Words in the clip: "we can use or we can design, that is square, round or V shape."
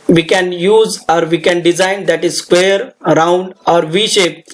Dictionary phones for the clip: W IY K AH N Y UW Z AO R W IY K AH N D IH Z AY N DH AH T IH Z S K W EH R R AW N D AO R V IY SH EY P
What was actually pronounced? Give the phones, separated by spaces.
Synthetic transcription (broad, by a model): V IY K AH N Y UW Z AO R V IY K AH N D IH Z AY N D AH T IH Z S K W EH R R AW N D AO R V IY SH EY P